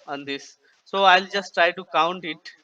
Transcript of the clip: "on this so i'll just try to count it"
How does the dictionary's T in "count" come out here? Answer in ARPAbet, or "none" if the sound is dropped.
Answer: T